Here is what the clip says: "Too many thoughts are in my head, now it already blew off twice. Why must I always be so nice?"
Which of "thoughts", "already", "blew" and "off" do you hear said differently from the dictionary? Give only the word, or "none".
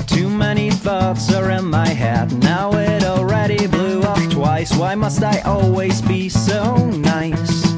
off